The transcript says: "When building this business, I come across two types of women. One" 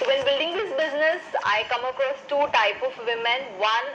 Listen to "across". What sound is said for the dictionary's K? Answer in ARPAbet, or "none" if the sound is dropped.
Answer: K